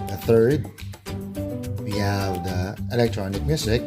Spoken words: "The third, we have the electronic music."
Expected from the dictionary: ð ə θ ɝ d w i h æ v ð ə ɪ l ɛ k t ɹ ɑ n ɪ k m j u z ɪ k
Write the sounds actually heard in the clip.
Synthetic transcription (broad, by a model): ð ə θ ɝ d w i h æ v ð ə ɪ l ɛ k t ɹ ɑ n ɪ k m j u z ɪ k